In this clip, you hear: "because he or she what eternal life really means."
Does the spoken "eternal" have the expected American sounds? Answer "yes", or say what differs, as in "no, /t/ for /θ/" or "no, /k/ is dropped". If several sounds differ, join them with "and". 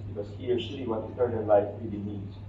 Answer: no, /n/ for /l/